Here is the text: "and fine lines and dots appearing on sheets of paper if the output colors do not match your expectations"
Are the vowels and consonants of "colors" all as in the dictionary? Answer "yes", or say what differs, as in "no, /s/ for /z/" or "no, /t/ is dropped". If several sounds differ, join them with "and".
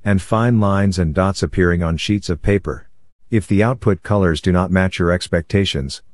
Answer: yes